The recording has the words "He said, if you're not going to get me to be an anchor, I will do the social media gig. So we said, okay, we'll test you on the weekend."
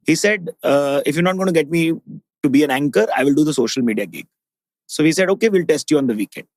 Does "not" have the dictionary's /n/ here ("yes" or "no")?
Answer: yes